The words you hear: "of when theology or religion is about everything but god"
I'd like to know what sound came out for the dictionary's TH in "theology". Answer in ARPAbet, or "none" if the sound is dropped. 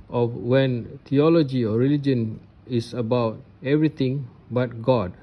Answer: T